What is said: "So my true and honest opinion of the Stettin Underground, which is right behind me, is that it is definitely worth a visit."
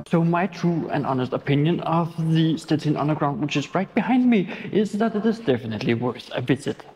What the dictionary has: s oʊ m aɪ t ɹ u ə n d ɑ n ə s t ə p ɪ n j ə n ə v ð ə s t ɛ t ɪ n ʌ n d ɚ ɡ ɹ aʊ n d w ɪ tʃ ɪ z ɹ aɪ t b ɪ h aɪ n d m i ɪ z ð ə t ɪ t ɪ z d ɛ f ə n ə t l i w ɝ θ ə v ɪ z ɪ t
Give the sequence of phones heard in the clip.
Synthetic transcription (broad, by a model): s oʊ m aɪ t ɹ u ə n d ɑ n ə s t ə p ɪ n j ə n ə v ð ə s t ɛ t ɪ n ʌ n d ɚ ɡ ɹ aʊ n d w ɪ tʃ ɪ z ɹ aɪ t b ɪ h aɪ n d m i ɪ z ð ə t ɪ t ɪ z d ɛ f ə n ə t l i w ɝ s ə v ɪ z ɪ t